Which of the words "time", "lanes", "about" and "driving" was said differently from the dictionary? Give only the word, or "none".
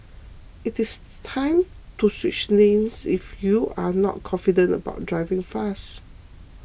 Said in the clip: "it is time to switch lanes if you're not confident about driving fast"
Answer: lanes